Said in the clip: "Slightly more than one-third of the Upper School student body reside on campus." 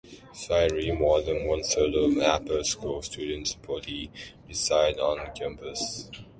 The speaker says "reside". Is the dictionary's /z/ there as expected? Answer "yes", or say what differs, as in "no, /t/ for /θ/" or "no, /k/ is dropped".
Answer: no, /s/ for /z/